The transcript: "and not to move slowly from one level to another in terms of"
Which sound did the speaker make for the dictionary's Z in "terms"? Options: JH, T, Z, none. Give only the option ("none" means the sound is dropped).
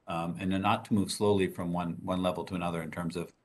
Z